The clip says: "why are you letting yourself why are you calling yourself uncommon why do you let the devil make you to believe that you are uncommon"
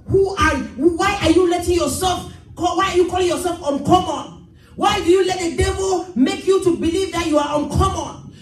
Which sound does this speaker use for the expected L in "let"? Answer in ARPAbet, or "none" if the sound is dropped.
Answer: L